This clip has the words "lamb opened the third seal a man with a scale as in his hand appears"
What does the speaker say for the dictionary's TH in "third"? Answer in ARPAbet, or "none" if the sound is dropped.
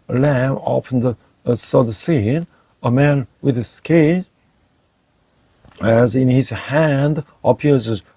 S